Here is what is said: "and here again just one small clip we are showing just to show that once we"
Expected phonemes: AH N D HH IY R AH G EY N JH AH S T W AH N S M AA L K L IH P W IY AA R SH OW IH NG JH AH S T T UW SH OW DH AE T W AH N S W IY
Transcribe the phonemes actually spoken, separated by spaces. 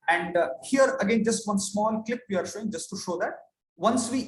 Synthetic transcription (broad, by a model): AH N D HH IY R AH G EY N JH AH S T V AH N S M AA L K L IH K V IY AA R SH OW IH NG JH AH S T T UW SH OW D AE T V AH N S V IY